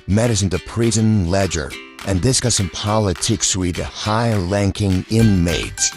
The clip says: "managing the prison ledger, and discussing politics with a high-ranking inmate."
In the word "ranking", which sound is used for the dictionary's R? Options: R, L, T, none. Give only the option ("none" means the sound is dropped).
L